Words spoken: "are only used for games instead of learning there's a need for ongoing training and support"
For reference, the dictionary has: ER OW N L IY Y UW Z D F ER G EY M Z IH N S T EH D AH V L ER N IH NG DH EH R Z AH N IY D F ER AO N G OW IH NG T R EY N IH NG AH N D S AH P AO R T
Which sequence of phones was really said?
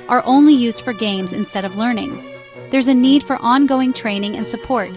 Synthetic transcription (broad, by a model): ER OW N L IY Y UW Z D F ER G EY M Z IH N S T EH D AH V L ER N IH NG DH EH R Z AH N IY D F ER AO N G OW IH NG T R EY N IH NG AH N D S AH P AO R T